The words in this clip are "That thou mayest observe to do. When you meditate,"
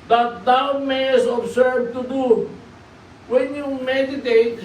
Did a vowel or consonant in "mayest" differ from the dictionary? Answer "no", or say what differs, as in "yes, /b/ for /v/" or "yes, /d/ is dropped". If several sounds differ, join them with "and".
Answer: yes, /t/ is dropped